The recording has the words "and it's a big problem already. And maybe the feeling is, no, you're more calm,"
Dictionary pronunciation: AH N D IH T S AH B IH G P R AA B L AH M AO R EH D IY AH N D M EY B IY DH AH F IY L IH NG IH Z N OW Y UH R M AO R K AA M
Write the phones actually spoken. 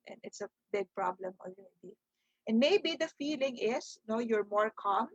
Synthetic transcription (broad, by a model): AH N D IH T S AH B IH G P R AA B L AH M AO L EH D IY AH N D M EY B IY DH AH F IY L IH NG IH S N OW Y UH R M AO R K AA M